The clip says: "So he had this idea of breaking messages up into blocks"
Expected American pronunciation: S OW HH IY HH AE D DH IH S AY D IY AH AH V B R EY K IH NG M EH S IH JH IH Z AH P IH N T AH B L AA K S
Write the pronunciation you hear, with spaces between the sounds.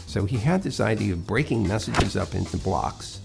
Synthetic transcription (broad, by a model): S OW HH IY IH D DH IH S AY D IY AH AH V B R EY K IH NG M EH S IH JH IH Z AH P IH N T AH B L AA K S